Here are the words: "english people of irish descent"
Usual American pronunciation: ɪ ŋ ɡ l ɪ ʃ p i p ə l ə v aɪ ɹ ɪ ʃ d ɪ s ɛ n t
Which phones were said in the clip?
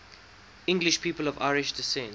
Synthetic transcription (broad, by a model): ɪ ŋ ɡ l ɪ ʃ p i p ə l ə v aɪ ɹ ɪ ʃ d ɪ s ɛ n